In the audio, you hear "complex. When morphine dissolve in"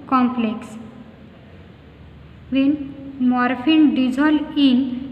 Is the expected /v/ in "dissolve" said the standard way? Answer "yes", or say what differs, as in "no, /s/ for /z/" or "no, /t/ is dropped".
no, /v/ is dropped